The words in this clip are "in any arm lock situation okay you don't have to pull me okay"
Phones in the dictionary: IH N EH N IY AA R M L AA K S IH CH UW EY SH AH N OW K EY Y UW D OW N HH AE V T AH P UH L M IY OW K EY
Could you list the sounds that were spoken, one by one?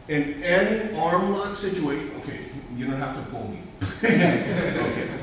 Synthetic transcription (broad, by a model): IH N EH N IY AA R M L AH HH S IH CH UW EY AH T OW K EY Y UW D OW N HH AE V T AH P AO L M IY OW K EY